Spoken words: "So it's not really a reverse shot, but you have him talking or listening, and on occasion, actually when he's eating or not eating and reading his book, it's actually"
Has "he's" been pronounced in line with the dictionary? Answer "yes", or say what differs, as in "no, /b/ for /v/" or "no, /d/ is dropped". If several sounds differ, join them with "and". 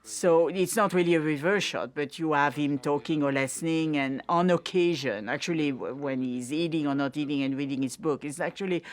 yes